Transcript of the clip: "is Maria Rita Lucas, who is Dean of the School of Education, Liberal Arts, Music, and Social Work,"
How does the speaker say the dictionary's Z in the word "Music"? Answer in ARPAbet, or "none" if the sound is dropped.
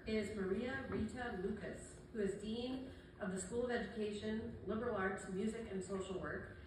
Z